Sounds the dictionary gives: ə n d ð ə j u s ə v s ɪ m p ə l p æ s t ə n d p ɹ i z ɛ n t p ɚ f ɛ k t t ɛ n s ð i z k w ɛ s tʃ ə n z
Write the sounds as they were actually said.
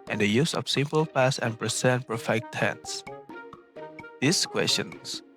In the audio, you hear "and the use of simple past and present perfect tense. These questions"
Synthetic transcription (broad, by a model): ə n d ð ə j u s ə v s ɪ m p ə l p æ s ə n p ɹ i s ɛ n p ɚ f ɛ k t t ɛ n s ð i s k w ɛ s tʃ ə n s